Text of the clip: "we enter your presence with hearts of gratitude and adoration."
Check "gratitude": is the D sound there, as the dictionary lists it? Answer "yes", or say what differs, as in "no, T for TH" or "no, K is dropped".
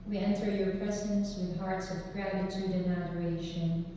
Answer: yes